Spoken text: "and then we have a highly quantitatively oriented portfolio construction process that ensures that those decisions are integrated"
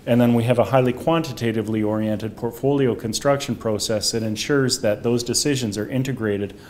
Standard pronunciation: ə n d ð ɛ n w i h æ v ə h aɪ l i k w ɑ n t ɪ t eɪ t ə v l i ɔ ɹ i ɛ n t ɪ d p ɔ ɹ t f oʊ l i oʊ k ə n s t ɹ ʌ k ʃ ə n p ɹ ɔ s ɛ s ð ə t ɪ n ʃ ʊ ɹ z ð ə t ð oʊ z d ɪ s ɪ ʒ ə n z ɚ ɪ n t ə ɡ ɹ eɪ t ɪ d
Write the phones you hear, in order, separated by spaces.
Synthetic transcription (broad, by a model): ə n ð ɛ n w i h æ v ə h aɪ l i k w ɑ n t ɪ t eɪ t ə v l i ɔ ɹ i ɛ n t ɪ d p ɔ ɹ t f oʊ l i oʊ k ə n s t ɹ ʌ k ʃ ə n p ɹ ɔ s ɛ s ð ə t ɪ n ʃ ʊ ɹ z ð ə t ð oʊ z d ɪ s ɪ ʒ ə n z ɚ ɪ n t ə ɡ ɹ eɪ t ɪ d